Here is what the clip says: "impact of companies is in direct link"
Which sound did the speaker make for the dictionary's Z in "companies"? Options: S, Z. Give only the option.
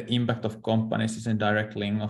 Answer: S